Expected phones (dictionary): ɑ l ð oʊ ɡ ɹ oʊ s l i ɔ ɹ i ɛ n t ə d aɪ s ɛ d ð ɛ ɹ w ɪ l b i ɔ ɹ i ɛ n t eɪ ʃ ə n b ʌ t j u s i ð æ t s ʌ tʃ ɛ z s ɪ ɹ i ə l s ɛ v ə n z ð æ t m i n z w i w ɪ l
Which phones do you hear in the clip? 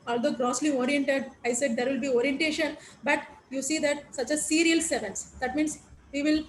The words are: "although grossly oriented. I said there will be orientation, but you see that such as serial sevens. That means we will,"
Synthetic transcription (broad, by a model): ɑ l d oʊ ɡ ɹ oʊ s l i ɔ ɹ i ɛ n t ə d aɪ s ɛ d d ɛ ɹ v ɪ l b i ɔ ɹ i ɛ n t eɪ ʃ ə n b ʌ t j u s i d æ t s ʌ tʃ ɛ s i ɹ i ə l s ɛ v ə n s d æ t m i n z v i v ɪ l